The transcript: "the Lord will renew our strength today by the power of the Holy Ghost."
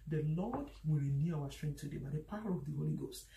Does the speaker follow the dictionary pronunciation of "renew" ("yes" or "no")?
yes